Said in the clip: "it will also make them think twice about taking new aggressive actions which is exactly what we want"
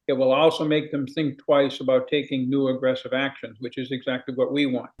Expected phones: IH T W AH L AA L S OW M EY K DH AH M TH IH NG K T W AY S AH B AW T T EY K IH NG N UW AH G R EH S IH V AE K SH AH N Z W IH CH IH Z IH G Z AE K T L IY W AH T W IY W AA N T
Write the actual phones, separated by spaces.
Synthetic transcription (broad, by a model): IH T W AH L AA L S OW M EY K DH AH M TH IH NG K T W AY S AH B AW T T EY K IH NG N UW AH G R EH S IH V AE K SH AH N Z W IH CH IH Z IH G Z AE K T L IY W AH T W IY W AA N T